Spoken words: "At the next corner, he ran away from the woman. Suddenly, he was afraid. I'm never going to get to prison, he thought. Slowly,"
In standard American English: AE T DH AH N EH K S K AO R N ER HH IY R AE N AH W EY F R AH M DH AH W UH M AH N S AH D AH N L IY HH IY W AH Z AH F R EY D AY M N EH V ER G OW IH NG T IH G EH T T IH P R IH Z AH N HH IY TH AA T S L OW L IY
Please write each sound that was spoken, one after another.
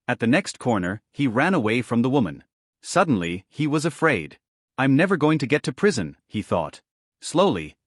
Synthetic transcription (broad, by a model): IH T DH AH N EH K S K AO R N ER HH IY R AE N AH W EY F R AH M DH AH W UH M AH N S AH D N L IY IY W AH Z AH F R EY D AY M N EH V ER G OW IH NG T IH G EH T T IH P R IH Z AH N IY TH AA T S L OW L IY